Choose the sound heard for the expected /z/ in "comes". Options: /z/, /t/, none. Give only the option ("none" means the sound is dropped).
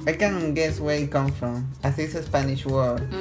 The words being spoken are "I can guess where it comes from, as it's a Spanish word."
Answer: none